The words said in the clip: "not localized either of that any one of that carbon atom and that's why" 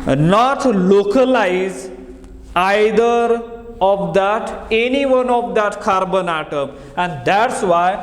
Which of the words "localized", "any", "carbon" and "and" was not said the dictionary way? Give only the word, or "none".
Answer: localized